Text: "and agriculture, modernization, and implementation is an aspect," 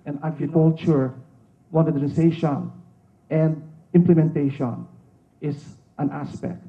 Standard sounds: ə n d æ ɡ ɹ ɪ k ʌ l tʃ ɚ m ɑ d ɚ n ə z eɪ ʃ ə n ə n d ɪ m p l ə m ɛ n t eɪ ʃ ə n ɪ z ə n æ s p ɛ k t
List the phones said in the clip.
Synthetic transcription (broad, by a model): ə n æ ɡ ɹ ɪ k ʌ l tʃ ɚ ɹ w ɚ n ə s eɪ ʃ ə n ə n d ɪ m p l ə m ɛ n t eɪ ʃ ə n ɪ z ə n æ s p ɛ k t